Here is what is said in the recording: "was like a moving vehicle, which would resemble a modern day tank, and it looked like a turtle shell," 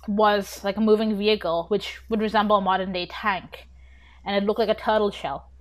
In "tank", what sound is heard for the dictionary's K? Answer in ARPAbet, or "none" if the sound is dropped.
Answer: K